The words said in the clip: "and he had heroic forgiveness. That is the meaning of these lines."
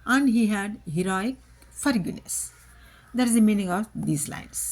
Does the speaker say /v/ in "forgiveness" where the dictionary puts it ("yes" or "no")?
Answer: no